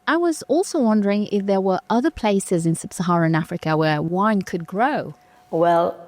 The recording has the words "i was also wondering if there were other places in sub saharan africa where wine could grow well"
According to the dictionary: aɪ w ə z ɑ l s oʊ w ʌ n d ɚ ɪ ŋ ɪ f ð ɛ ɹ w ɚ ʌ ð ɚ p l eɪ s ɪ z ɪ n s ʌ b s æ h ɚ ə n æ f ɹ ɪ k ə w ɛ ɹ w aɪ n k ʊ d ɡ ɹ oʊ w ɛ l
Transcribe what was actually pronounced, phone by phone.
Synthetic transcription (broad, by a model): aɪ w ə z ɑ l s oʊ w ʌ n d ɚ ɪ ŋ ɪ f ð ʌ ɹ w ɚ ʌ ð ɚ p l eɪ s ɪ z ɪ n s ʌ b s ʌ h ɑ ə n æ f ɹ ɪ k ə w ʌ ɹ w aɪ n k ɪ d ɡ ɹ oʊ w ɛ l